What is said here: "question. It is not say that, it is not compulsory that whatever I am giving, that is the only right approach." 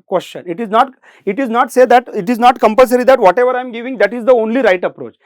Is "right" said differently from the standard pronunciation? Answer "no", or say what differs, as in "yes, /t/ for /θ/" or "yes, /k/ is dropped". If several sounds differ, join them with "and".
no